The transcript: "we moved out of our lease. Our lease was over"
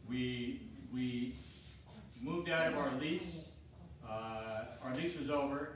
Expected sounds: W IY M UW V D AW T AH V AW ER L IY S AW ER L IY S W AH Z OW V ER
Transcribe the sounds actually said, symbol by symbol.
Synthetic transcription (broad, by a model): W IY M UW V D AW T AH V AW ER L IY S AW ER L IY S W AH Z OW V ER